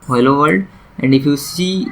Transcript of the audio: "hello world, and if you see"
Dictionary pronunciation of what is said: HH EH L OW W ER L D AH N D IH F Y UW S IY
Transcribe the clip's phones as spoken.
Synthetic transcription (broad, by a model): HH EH L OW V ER D AH N D IH F Y UW S IY